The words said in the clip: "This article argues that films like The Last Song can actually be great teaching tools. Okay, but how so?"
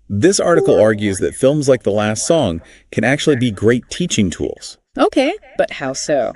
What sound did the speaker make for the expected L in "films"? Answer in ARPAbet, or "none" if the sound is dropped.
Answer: L